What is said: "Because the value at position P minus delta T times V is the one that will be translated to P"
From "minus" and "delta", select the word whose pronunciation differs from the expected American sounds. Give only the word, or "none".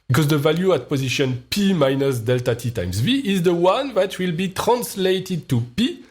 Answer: none